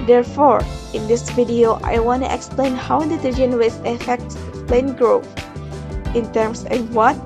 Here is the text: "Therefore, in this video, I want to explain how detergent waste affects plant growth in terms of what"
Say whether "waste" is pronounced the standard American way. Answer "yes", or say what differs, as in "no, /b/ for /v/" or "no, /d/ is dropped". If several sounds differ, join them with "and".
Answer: no, /t/ is dropped